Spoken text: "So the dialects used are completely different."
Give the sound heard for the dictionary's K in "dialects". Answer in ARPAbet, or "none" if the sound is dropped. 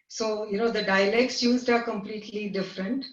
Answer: K